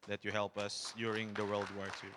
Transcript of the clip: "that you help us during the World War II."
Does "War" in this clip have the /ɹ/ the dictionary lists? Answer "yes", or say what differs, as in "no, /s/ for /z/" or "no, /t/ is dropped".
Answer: yes